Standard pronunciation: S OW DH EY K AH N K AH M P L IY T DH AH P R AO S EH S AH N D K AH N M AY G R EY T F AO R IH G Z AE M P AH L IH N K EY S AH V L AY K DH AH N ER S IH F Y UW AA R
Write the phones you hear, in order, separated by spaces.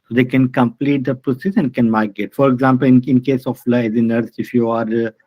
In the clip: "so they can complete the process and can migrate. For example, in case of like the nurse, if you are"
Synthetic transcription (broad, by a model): S OW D EY K AH N K AH M P L IY T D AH P R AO S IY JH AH N K AH N M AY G EY T F AO R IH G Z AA M P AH L IH N K EY S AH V L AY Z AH N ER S IH F Y UW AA R